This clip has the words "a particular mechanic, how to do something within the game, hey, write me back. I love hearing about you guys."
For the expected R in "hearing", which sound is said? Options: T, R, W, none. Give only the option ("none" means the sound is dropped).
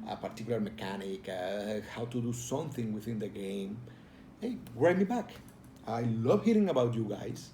R